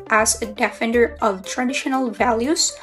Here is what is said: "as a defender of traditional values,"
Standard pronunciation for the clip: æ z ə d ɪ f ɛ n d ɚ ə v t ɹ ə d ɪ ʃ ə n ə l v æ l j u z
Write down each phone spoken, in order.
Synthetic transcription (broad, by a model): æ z ə d ɪ f ɛ n d ɚ ə v t ɹ ə d ɪ ʃ ə n ə l v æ l j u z